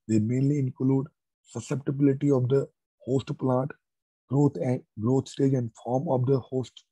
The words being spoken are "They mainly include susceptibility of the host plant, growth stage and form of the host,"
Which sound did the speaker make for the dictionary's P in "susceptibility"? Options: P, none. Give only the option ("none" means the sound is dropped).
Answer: P